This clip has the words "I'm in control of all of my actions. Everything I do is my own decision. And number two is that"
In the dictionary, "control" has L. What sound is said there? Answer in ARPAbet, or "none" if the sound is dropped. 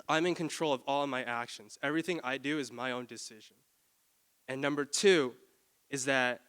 L